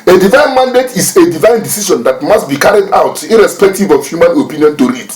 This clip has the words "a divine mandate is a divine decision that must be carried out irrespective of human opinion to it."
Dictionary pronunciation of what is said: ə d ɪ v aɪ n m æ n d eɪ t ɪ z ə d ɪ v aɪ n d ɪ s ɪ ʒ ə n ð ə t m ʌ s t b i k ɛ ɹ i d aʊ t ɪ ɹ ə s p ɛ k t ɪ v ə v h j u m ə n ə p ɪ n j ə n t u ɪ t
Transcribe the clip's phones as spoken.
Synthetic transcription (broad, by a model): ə d ɪ v aɪ n m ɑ n d eɪ t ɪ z ə d ɪ v aɪ n d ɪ s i ʃ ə n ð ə t m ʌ s t b i k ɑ ɹ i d aʊ t ɪ ɹ ə s p ɛ k t ɪ v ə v h j u m ə n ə p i n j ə n t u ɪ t